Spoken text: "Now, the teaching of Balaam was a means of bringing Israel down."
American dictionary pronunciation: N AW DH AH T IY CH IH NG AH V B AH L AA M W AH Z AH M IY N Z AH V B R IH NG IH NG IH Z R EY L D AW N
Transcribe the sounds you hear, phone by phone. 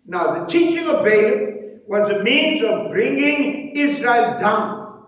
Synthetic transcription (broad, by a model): N AW DH AH T IY CH IH NG AH V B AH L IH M W AH Z AH M IY N Z AH V B R IH NG IH NG IH Z R EY L D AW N